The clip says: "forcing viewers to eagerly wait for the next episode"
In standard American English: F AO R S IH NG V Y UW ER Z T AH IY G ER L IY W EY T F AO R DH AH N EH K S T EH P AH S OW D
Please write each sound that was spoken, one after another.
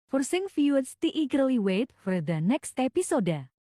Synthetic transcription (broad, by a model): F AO R S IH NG F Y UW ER S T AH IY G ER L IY W EY T F AO R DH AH N EH K S T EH P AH S OW D